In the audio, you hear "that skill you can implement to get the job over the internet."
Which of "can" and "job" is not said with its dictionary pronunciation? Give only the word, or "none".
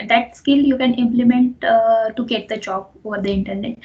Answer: job